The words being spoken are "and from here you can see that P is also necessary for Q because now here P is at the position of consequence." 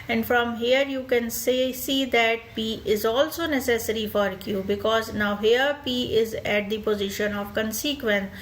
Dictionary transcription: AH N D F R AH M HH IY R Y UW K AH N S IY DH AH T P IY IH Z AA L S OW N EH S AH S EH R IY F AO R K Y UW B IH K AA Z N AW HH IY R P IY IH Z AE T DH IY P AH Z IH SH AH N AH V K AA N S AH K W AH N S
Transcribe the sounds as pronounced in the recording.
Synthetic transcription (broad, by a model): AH N D F R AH M HH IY R Y UW K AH N S IY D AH T P IY IH Z AA L S OW N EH S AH S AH R IY F AO R K Y UW B IH K AA Z N AW HH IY R P IY IH Z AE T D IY P AH Z IH SH AH N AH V K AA N S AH K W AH N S